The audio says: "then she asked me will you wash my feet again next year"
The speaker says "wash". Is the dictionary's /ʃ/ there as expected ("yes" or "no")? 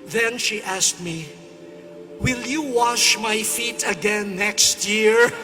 yes